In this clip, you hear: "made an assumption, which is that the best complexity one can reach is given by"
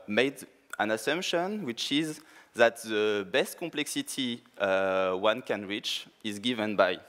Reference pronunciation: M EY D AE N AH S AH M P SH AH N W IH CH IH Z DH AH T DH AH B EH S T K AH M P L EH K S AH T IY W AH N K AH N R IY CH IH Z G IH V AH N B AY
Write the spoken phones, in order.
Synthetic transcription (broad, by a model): M EY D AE N AH S AH M P SH AH N W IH CH IH Z DH AH T DH AH B EH S T K AH M P L EH K S AH T IY W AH N K AH N R IY CH IH Z G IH V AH N B AY